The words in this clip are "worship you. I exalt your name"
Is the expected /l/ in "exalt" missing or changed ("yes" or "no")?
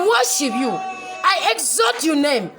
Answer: yes